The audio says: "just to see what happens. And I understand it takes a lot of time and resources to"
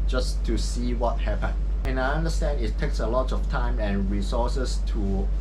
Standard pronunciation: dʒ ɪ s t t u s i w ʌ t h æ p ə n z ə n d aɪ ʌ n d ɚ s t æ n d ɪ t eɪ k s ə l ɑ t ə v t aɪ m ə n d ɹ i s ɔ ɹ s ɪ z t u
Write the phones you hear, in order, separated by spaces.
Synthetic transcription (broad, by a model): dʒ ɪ s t t u s i w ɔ t h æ p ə n ə n aɪ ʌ n d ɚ s t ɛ n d ɪ t eɪ k s ə l ɑ t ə f t aɪ m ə n ɹ i s ɔ s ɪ s t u